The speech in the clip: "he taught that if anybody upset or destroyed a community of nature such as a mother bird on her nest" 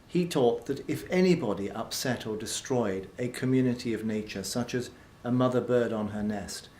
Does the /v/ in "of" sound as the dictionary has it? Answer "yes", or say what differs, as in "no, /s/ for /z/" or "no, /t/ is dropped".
yes